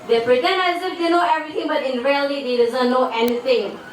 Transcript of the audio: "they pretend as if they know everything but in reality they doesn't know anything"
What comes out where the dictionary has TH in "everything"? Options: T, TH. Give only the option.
T